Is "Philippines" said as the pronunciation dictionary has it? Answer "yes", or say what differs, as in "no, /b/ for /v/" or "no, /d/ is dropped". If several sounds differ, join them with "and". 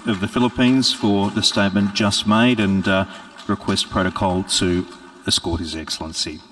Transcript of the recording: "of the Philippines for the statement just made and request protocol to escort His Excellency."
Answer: yes